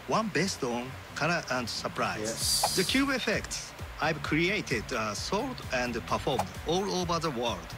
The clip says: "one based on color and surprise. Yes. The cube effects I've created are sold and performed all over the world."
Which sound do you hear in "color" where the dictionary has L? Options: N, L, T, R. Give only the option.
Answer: N